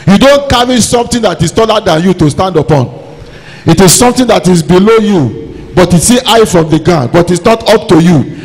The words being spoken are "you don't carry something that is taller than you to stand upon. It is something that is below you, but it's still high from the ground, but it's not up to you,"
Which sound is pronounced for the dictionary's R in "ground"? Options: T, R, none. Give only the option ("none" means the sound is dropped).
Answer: none